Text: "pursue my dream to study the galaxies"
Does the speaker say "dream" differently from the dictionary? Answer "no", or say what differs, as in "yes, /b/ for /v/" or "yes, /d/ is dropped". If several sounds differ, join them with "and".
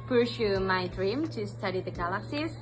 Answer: no